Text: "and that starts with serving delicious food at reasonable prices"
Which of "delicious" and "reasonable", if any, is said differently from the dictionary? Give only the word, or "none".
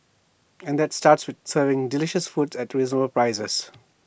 reasonable